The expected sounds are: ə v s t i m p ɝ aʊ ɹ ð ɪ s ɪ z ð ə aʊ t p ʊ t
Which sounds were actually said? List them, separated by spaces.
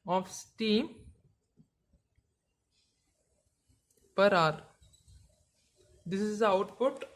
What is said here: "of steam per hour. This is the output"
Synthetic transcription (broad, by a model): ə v s t i m p ɝ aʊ ɹ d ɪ s ɪ z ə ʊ t p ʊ t